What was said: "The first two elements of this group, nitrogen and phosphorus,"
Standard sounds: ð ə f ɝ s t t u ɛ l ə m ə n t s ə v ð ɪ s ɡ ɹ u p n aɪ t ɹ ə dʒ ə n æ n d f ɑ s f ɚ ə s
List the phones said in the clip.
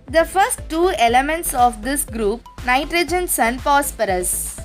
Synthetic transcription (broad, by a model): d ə f ɝ s t t u ɛ l ə m ə n t s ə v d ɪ s ɡ ɹ u p n aɪ t ɹ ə dʒ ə n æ n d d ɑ s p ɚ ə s